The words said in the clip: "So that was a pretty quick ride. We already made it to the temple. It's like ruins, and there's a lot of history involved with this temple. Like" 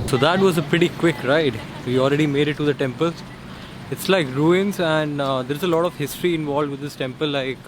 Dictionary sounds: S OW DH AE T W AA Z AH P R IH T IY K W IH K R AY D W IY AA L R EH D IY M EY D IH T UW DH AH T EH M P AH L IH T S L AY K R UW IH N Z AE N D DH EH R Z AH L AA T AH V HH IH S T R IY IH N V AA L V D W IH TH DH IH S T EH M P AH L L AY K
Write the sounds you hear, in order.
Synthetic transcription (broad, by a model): S OW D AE T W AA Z AH P R IH T IY K W IH K R AY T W IY AA L R EH D IY M EY D IH T UW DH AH T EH M P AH L IH T S L AY K R UW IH N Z AE N D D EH R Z AH L AA T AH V HH IH S T R IY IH N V AA L D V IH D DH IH S T EH M P AH L L AY K